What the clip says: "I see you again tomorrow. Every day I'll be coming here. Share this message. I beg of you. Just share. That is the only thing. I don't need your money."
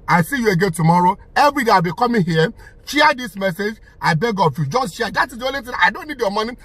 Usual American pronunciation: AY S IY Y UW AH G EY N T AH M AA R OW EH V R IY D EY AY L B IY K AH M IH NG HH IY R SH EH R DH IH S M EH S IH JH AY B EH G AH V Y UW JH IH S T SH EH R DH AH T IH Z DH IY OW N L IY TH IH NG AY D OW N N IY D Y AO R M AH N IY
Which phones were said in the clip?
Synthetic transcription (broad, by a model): AY S IY Y UW AH G EY N T AH M AA R OW EH V R IY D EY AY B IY K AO M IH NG HH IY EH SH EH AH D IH S M EH S IH JH AY B EH G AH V Y UW JH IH S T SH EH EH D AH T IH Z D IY OW N L IY T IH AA AY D OW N N IY D Y AO M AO N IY